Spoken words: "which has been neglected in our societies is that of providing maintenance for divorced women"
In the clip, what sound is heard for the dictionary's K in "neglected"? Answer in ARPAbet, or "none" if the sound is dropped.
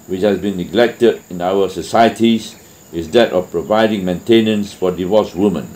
K